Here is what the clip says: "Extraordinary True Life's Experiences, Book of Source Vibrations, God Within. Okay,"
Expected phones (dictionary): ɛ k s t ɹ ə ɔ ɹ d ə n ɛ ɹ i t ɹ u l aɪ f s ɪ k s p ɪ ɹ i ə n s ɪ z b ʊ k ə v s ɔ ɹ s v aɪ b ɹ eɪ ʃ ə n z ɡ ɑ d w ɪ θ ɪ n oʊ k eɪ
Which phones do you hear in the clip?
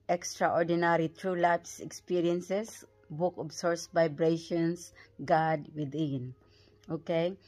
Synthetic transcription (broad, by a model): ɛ k s t ɹ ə ɔ ɹ d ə n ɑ ɹ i t ɹ u l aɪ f s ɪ k s p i ɹ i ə n s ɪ s b ʊ k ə b s ɔ ɹ s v aɪ b ɹ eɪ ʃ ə n s ɡ ɑ d w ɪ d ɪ n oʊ k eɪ